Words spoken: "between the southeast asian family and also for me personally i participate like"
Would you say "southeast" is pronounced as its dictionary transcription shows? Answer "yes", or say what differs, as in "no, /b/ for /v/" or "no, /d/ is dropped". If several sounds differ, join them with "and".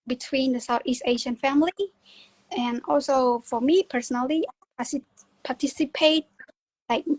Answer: yes